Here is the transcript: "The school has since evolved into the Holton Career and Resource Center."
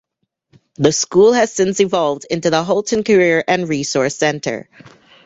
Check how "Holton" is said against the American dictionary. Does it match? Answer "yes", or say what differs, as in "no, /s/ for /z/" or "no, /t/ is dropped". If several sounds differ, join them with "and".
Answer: yes